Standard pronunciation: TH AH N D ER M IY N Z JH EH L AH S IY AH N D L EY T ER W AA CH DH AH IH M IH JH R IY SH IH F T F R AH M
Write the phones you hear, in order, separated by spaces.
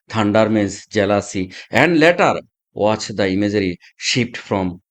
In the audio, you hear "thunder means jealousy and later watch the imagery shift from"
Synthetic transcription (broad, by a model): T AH N D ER M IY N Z JH EH L AH S IY AH N D L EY T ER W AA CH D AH IH M IH JH R IY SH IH P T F R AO M